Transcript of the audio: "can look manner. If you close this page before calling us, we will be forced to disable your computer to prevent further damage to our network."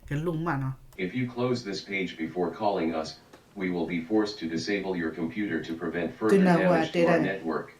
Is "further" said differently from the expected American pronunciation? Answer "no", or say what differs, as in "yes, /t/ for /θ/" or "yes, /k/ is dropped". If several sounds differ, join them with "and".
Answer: yes, /ð/ is dropped